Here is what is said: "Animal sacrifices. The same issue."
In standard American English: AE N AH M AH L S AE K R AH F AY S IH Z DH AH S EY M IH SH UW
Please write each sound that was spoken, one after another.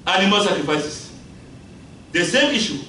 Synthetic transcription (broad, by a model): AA N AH M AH L S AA K R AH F AY S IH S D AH S EY M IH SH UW